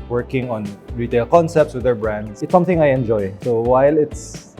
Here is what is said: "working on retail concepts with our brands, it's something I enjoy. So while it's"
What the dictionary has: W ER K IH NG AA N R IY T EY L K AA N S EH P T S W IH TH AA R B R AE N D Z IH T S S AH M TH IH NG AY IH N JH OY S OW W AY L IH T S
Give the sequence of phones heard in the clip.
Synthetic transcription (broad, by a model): W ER K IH NG AA N R IY T EY L K AA N S EH P T S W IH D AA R B R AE N D S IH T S S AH M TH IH NG AY IH N JH OY S OW W AY L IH T S